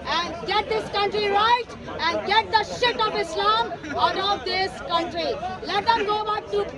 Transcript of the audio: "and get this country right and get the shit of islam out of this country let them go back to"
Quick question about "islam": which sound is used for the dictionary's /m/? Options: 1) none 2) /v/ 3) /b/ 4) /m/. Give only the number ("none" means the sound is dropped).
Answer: 4